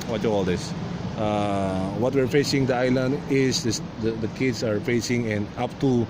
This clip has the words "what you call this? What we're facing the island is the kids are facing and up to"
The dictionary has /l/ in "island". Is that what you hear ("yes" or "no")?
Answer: yes